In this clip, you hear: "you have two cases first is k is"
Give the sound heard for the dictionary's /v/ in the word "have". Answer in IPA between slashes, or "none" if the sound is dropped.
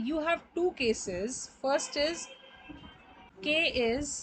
/v/